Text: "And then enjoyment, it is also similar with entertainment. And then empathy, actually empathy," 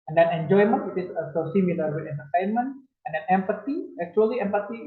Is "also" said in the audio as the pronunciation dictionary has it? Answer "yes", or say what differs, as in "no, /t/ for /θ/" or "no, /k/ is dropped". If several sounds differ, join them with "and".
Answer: no, /l/ is dropped